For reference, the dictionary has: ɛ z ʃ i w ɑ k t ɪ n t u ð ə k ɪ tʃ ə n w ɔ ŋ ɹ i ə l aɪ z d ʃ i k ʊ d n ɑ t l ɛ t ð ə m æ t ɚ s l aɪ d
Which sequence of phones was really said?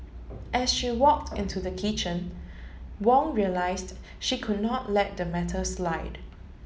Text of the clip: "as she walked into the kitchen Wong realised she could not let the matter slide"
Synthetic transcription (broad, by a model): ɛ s ʃ i w ɑ k t ɪ n t u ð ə k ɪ tʃ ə n w ɔ ŋ ɹ i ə l aɪ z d ʃ i k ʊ d n ɑ t l ɛ t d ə m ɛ t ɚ s l aɪ d